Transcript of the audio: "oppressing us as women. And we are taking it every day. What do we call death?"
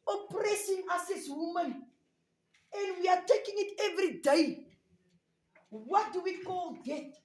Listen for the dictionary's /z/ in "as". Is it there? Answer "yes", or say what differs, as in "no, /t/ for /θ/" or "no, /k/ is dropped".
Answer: no, /s/ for /z/